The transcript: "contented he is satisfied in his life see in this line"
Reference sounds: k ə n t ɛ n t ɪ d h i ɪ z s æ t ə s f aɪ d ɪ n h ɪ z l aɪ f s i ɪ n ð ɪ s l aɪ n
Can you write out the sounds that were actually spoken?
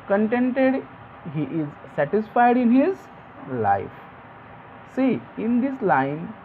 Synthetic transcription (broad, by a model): k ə n t ɛ n t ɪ d h i ɪ z s æ t ə s f aɪ d ɪ n h ɪ z l aɪ f s i ɪ n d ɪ s l aɪ n